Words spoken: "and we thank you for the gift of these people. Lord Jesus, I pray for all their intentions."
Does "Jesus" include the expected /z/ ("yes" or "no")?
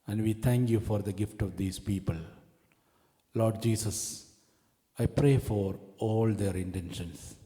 no